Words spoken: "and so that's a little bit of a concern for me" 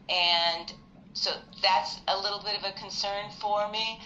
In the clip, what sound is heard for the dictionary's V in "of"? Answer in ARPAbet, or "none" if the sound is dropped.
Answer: V